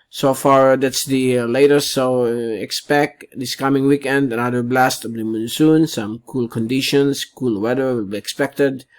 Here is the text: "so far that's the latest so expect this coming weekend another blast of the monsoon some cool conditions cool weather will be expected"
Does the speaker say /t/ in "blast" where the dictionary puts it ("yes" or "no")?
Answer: yes